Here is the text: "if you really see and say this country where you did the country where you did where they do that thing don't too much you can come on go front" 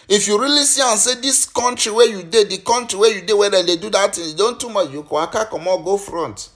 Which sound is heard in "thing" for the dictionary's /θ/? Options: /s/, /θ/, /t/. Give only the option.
/t/